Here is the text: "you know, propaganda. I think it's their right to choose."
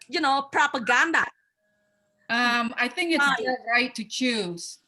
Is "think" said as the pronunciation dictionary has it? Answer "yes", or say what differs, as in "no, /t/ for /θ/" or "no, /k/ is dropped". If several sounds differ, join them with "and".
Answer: yes